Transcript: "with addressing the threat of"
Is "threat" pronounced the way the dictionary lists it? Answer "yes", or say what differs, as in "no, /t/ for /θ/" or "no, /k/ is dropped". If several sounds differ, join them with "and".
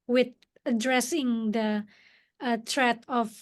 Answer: no, /t/ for /θ/